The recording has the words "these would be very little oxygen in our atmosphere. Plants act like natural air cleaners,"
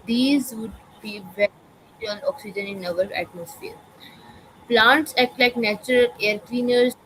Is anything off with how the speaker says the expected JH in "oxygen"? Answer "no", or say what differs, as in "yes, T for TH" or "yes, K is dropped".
no